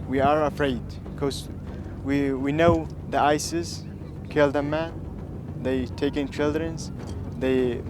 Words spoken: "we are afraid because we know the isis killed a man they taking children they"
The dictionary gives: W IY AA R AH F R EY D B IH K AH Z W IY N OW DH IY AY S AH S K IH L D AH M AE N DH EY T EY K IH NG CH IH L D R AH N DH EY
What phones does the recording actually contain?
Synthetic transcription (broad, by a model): W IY AA R AH F R EY D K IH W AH W IY N OW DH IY AY S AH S K IH L D AH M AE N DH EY T EY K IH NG CH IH L D R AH N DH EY